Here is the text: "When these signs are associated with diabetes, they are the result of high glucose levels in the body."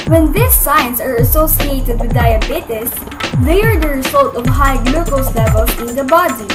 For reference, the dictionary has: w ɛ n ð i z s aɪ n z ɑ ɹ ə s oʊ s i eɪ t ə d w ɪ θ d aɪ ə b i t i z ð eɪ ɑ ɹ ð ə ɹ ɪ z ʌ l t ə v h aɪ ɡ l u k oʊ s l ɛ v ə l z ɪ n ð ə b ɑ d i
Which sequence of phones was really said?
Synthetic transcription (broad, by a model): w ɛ n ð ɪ s aɪ n s ɑ ɹ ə s oʊ s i eɪ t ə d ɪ d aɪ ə b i t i s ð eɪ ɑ ɹ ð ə ɹ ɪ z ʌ l t ə v h aɪ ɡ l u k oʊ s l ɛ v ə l ɪ n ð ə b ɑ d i